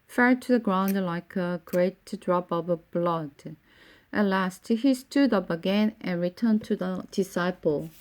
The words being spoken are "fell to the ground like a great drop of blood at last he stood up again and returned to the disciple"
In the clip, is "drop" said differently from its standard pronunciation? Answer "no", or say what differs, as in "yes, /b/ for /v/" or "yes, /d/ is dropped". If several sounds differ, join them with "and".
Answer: no